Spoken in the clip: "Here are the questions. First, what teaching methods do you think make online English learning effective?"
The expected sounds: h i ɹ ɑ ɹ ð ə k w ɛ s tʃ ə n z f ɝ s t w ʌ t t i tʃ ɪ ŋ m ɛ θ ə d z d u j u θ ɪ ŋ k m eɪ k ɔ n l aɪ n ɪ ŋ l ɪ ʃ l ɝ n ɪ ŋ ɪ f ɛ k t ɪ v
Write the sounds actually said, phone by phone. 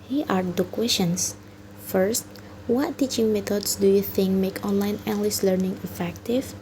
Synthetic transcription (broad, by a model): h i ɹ ɑ ɹ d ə k w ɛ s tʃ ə n s f ɝ s t w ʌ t t i tʃ ɪ ŋ m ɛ t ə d s d u j u θ ɪ ŋ k m eɪ k ɔ n l aɪ n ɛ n l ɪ s l ɝ n ɪ ŋ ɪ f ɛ k t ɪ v